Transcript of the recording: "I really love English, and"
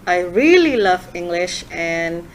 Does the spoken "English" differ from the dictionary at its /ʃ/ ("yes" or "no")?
no